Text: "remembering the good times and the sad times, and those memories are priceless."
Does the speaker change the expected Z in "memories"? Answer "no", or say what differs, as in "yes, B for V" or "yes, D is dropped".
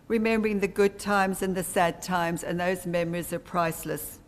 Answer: no